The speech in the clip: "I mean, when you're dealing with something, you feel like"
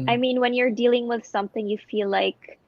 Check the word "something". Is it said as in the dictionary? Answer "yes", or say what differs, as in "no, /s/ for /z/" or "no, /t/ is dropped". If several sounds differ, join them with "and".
yes